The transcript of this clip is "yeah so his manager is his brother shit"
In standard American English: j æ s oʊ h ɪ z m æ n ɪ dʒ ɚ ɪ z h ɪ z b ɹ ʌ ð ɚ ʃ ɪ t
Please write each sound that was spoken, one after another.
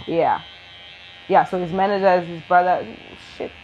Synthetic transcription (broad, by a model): j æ s oʊ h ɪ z m æ n ɪ dʒ ɚ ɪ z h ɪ z b ɹ ʌ ð ɚ ʃ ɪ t